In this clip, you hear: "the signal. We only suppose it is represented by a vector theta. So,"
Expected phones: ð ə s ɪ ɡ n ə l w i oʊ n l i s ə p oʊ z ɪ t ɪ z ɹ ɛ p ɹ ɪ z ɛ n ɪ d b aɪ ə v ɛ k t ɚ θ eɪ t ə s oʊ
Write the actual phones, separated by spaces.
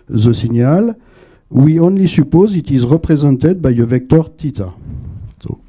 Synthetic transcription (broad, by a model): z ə s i n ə l w i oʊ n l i s ə p oʊ z ɪ t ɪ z ɹ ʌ p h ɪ z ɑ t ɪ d b aɪ ə v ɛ k t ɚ t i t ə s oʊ